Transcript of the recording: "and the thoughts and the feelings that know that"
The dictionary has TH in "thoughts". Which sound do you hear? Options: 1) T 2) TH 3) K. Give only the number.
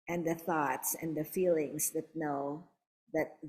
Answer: 2